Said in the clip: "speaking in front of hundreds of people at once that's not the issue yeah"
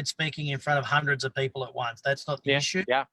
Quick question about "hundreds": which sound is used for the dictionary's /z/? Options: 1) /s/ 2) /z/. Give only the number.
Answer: 2